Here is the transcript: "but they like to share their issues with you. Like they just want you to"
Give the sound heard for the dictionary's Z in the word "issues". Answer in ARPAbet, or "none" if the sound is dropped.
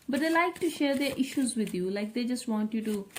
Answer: Z